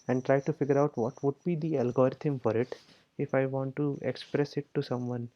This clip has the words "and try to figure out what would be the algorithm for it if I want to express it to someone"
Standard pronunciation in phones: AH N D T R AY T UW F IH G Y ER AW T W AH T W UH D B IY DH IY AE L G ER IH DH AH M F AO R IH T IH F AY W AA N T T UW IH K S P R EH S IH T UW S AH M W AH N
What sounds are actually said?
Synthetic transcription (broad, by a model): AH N D T R AY T UW F IH G Y ER AW T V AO T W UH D B IY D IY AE L G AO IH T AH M F AO R IH T IH F AY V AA N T T UW IH K S P R EH S IH T UW S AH M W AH N